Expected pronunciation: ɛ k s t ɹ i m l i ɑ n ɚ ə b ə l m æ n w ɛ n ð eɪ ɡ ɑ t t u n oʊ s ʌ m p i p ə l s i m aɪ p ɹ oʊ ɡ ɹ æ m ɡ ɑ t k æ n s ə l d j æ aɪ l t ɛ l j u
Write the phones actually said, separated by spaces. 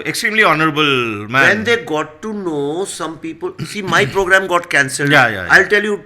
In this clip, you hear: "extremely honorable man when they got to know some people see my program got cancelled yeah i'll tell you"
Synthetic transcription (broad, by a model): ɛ k s t ɹ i m l i ɑ n ɚ ə b ə l m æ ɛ n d eɪ ɡ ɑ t t u n oʊ s ʌ m p i p ə l s i m aɪ p ɹ oʊ ɡ ɹ æ m ɡ ɑ t k æ n s ə l d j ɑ aɪ l t ɛ l j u